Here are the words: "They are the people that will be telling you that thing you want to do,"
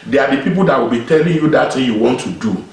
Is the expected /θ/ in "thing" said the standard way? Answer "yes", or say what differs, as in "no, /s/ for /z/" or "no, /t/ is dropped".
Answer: no, /t/ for /θ/